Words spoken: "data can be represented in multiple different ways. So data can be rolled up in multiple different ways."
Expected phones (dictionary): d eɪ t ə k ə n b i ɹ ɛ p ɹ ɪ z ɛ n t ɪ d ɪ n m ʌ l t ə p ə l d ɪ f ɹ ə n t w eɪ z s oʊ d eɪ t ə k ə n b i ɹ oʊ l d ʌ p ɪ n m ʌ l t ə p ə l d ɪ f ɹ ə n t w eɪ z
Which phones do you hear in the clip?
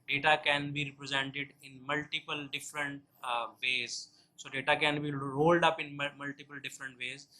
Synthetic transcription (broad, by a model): d eɪ t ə k ə n b i ɹ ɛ p ɹ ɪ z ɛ n t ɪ d ɪ n m ʌ l t ə p ə l d ɪ f ɹ ə n t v eɪ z s oʊ d eɪ t ə k ə n b i ɹ oʊ l d ʌ p ɪ n m ʌ l t ə p ə l d ɪ f ɹ ə n t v eɪ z